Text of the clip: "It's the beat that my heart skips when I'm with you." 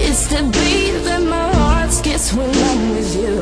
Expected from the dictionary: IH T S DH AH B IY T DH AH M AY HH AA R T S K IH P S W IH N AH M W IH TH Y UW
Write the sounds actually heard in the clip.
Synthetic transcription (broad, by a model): IH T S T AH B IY DH AH M AY HH AA R T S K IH S W IH N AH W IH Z Y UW